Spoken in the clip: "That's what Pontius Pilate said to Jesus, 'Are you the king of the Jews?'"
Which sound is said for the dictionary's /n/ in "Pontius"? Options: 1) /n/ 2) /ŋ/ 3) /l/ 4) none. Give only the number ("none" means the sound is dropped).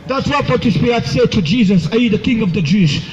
4